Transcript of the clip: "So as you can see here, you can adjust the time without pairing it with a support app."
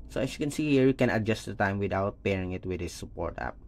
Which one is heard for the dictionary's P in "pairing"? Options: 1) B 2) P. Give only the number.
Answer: 2